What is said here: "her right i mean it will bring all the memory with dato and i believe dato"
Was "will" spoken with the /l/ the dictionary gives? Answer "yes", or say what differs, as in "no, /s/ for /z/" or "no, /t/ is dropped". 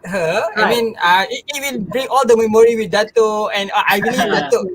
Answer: yes